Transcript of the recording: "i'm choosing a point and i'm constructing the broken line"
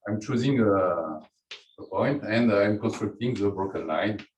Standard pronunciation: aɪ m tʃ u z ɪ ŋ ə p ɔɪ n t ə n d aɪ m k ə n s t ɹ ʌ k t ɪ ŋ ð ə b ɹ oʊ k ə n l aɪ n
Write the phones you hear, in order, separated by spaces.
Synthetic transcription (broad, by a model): aɪ m tʃ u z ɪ ŋ ə p ɔɪ n t ə n d aɪ m k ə n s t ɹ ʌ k t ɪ ŋ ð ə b oʊ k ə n l aɪ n